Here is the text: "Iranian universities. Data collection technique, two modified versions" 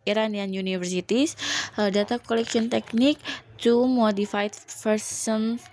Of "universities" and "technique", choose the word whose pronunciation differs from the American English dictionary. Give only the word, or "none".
universities